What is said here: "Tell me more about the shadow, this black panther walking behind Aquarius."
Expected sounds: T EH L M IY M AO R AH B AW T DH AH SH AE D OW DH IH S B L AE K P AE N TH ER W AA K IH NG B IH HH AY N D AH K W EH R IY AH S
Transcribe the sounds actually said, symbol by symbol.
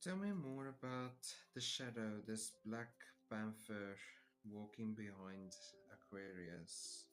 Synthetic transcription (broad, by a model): EH L M IY M AO R AH B AW T DH AH SH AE D OW DH IH S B L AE K B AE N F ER W AA K IH NG B IH HH AY N D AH K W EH R IY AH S